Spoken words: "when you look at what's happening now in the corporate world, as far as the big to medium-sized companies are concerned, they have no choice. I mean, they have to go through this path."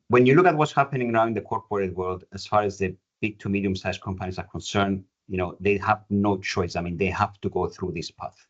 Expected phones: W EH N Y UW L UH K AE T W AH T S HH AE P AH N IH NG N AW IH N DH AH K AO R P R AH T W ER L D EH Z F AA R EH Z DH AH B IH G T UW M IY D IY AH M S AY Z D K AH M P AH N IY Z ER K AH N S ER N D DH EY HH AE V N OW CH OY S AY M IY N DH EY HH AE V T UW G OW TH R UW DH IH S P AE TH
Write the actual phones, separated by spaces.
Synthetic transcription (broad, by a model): W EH N Y UW L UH K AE T W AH T S HH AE P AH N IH NG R AW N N DH AH K AO R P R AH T W ER L D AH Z F AA R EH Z DH AH B IH G T UW M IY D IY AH M S AY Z K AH M P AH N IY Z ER K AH N S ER N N DH EY HH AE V N OW CH OY S AY M IY N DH EY HH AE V T UW G OW TH R UW DH IH S P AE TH